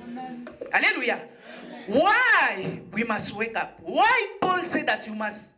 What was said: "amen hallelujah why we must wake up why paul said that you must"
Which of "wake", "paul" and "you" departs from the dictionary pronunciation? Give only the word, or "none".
none